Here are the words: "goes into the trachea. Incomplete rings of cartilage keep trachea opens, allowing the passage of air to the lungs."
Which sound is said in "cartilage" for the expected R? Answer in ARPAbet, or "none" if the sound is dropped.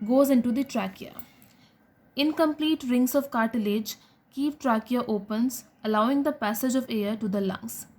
R